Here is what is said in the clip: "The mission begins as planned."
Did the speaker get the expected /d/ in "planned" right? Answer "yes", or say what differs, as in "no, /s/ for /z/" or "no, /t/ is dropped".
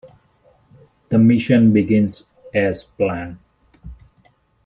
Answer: no, /d/ is dropped